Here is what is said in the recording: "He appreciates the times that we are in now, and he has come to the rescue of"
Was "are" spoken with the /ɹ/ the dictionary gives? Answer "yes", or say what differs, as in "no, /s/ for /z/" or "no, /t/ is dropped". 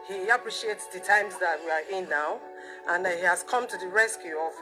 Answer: yes